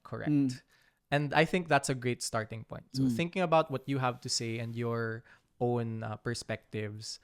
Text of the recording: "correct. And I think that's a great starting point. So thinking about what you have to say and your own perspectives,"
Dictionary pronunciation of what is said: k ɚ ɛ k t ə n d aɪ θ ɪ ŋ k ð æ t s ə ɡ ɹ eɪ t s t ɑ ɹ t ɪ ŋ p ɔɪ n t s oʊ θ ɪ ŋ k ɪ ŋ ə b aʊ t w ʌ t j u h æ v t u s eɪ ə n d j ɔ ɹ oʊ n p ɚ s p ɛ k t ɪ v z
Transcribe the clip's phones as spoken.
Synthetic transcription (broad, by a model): k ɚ ɛ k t ə n d aɪ θ ɪ ŋ k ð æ t s ə ɡ ɹ eɪ t s t ɑ ɹ t ɪ ŋ p ɔɪ n t s oʊ θ ɪ ŋ k ɪ ŋ ə b aʊ t w ʌ t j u h æ v t u s eɪ ə n d j ɔ ɹ oʊ n p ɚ s p ɛ k t ɪ v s